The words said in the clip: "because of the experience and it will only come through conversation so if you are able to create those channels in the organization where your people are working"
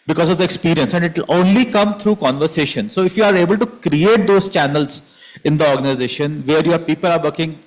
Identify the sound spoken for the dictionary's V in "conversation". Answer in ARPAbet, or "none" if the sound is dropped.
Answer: V